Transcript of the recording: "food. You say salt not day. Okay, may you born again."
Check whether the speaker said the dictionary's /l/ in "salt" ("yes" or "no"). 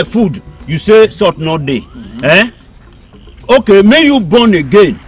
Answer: no